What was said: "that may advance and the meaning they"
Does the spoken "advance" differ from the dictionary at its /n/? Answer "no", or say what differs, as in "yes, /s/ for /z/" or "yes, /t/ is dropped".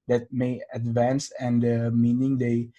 no